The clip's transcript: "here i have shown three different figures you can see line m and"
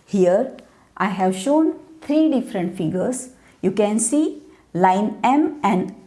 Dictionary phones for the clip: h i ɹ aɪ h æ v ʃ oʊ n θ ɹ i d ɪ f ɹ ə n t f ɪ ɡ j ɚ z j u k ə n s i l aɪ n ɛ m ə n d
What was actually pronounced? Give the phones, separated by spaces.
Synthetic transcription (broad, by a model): h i ɹ aɪ h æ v ʃ oʊ n t ɹ i d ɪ f ɹ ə n t f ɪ ɡ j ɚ s j u k ə n s i l aɪ n ɛ m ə n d